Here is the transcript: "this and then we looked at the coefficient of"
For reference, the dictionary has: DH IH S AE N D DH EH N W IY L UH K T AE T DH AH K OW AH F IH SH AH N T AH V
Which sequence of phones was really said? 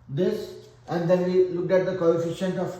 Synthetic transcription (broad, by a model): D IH S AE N D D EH N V IY L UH K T AE T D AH K OW AH F IH SH AH N T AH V